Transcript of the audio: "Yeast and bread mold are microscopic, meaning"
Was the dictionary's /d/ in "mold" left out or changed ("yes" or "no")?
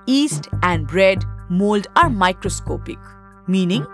no